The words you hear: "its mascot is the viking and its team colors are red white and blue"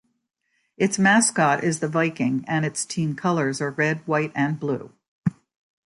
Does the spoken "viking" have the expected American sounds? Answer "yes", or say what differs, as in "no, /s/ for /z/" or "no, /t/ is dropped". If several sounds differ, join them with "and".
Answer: yes